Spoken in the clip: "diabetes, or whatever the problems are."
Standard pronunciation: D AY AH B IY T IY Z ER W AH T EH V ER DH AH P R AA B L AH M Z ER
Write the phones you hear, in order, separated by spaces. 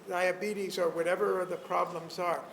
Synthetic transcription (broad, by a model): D AY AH B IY T IY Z ER W AH T EH V ER DH AH P R AA B L AH M Z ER